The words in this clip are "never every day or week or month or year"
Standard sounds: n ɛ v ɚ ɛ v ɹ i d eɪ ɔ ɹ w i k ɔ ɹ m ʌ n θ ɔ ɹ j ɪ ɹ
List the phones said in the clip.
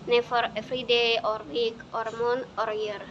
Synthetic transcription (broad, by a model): n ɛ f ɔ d f ɹ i d eɪ ɔ ɹ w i k ɔ ɹ m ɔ n ɔ ɹ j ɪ ɹ